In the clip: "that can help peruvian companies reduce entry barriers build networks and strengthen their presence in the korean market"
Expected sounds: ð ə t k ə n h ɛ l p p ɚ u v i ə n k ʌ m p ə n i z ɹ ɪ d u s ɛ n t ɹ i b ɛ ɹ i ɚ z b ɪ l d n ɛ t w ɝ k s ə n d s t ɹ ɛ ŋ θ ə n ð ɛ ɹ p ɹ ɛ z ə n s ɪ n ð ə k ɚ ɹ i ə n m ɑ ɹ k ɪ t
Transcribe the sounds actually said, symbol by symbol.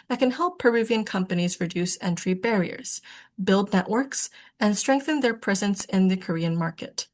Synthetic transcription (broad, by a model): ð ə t k ə n h ɛ l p p ɚ u v i ə n k ʌ m p ə n i z ɹ ɪ d u s ɛ n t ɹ i b ɛ ɹ i ɚ z b ɪ l d n ɛ t w ɝ k s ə n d s t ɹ ɛ ŋ θ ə n ð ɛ ɹ p ɹ ɛ z ə n s ɪ n ð ə k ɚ ɹ i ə n m ɑ ɹ k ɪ t